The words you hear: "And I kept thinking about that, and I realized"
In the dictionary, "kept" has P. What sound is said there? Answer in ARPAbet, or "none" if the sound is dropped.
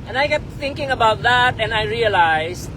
none